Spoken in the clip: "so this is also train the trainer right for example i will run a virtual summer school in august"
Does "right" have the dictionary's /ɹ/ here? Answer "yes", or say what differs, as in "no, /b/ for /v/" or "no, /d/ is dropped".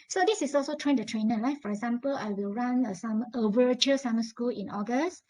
no, /l/ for /ɹ/